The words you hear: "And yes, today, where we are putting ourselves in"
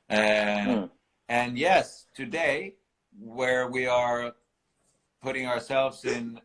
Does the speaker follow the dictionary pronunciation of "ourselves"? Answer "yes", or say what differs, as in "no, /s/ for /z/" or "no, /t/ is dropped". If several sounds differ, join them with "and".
yes